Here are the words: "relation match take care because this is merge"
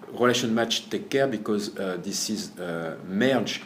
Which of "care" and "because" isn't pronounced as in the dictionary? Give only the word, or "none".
none